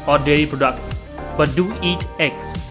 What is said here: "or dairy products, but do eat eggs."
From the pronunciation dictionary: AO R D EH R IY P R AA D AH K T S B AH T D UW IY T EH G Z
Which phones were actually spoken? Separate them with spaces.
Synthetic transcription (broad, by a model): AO R D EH L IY P R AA D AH K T S B AH T D UW IY T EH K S